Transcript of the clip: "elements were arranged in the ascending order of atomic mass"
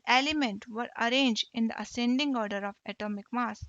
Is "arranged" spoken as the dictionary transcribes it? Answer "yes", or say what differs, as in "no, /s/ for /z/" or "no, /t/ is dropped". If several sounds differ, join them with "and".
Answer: yes